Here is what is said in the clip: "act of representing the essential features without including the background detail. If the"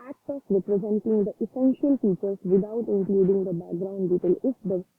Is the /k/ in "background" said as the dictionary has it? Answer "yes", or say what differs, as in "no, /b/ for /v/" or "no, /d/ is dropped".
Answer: yes